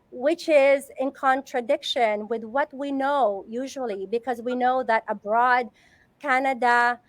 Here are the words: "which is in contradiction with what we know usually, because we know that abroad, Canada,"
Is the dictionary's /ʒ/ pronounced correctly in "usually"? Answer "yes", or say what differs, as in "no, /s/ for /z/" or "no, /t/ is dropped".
yes